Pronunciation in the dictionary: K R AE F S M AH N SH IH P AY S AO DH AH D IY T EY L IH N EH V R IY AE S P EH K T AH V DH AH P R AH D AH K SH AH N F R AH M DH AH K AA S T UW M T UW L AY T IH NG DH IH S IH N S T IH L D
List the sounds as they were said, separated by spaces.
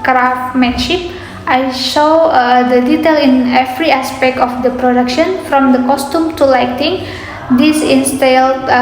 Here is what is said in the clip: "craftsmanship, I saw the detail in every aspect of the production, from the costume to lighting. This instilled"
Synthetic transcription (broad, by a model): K R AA F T M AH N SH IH P AY SH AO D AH D IY T EY L IH N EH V R IY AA S P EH K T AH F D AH P R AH D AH K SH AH N F R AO M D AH K AA S T UW M T UW L AY T IH NG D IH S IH N S T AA L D